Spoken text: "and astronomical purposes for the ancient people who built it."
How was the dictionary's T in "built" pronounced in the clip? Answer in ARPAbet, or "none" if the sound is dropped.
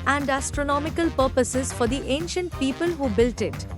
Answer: T